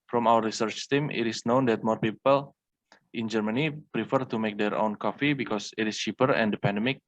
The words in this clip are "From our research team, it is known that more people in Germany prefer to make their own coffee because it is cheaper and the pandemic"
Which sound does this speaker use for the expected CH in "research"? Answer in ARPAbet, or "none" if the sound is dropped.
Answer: CH